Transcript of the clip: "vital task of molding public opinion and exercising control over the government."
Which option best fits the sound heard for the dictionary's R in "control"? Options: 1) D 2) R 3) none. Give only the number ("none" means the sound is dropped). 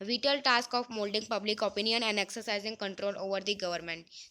2